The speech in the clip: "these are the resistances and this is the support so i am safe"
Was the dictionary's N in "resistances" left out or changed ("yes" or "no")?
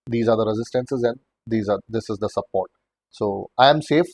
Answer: no